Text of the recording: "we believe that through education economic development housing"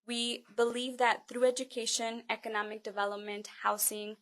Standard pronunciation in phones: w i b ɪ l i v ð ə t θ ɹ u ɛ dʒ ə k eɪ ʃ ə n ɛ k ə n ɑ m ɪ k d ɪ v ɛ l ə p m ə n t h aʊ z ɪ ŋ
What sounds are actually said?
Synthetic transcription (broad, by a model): w i b ɪ l i v ð ə t θ ɹ u ɛ dʒ ə k eɪ ʃ ə n ɛ k ə n ɑ m ɪ k d ɪ v ɛ l ə p m ə n t h aʊ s ɪ ŋ